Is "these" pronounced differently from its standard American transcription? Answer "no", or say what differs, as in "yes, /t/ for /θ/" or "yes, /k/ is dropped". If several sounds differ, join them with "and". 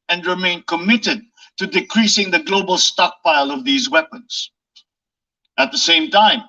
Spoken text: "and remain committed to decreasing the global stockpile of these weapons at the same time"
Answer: no